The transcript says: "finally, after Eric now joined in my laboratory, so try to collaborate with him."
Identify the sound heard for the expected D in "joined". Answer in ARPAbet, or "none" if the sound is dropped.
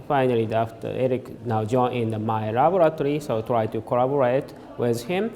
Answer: none